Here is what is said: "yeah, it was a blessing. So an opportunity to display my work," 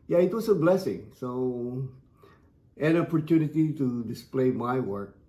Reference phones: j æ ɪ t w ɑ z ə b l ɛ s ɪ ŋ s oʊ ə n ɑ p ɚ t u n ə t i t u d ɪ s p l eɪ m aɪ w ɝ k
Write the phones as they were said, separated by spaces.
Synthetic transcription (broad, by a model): j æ ɪ t w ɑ s ə b l ɛ s ɪ ŋ s oʊ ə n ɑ p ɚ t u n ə t i t u d ɪ s p l eɪ m aɪ w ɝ k